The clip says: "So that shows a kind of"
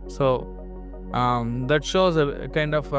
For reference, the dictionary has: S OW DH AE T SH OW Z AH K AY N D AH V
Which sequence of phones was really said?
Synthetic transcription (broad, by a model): S OW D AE T SH OW Z AH K AY N D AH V